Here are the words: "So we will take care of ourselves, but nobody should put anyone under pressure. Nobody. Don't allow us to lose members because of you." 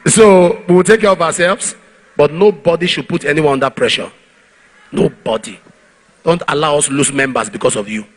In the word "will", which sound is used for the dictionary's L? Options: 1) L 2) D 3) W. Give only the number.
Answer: 1